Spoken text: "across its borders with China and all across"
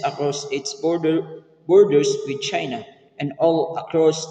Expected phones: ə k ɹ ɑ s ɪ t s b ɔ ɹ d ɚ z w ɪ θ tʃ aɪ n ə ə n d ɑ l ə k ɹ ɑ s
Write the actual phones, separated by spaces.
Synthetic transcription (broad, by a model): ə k ɹ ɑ s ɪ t s b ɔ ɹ d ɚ s w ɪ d tʃ aɪ n ə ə n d ɑ l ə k ɹ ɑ s